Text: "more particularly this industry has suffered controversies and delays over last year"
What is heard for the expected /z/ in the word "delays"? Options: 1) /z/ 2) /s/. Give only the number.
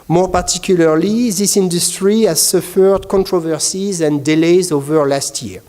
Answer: 1